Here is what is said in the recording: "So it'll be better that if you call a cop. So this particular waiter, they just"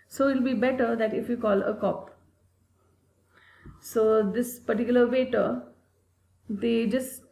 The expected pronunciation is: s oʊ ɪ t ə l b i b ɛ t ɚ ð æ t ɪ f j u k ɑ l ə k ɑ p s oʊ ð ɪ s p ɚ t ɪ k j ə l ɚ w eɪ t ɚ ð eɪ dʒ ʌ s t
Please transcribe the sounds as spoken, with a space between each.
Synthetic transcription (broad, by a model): s oʊ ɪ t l b i b ɛ t ɚ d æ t ɪ f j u k ɑ l ə k ɑ p s oʊ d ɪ s p ɚ t ɪ k j ə l ɚ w eɪ t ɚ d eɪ dʒ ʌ s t